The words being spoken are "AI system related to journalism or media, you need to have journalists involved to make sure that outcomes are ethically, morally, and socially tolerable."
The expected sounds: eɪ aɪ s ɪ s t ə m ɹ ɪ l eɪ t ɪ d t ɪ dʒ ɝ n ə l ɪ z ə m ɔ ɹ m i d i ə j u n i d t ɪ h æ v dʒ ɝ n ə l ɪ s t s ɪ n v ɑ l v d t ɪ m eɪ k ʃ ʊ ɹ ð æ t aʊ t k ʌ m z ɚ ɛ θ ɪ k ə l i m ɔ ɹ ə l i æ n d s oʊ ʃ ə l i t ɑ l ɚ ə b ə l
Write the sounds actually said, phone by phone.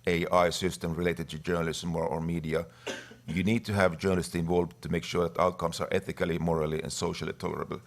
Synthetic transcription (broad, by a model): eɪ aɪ s ɪ s t ə m ɹ ɪ l eɪ t ɪ d t ɪ dʒ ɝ n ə l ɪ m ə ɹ ɔ ɹ m i d i ə j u n i d t ɪ h æ v dʒ ɝ n ə l ɪ s t s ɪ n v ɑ l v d t ɪ m eɪ k ʃ ʊ ɹ ð æ t aʊ t k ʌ m s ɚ ɛ θ ɪ k ə l i m ɔ ɹ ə l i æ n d s oʊ ʃ ə l i t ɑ l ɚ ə b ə l